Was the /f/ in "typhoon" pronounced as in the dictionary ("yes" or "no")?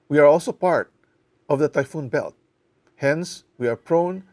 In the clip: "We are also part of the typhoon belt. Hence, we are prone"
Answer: yes